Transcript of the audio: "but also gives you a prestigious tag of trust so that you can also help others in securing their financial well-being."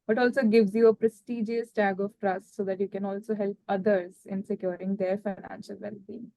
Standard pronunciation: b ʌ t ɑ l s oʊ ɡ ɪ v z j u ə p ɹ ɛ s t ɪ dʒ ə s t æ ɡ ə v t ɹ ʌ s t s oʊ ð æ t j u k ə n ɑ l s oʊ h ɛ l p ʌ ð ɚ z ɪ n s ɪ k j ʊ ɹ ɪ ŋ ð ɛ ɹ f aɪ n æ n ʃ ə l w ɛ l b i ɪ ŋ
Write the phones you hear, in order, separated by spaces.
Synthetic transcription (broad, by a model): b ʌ t ɑ l s oʊ ɡ ɪ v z j u ə p ɹ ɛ s t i dʒ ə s t æ ɡ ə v t ɹ ʌ s t s oʊ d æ t j u k ə n ɑ l s oʊ h ɛ l p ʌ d ɚ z ɪ n s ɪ k j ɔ ɹ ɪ ŋ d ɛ ɹ f aɪ n æ n ʃ ə l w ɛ l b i